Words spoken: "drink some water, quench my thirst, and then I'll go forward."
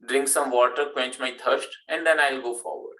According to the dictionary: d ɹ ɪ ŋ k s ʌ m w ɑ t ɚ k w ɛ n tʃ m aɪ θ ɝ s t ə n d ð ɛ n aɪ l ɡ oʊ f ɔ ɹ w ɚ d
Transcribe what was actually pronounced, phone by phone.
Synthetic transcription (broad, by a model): d ɹ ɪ ŋ k s ʌ m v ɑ t ɚ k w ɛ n tʃ m aɪ t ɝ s t ə n d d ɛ n aɪ l ɡ oʊ f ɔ ɹ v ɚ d